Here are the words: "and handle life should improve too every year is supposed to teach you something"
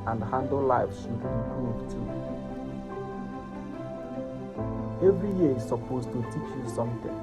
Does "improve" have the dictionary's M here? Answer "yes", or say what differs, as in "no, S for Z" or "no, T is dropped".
no, M is dropped